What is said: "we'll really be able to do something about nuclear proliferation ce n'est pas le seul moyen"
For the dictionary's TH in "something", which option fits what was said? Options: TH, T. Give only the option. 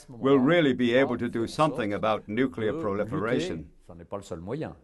TH